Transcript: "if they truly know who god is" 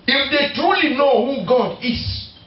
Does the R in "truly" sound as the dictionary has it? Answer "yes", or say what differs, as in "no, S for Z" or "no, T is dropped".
yes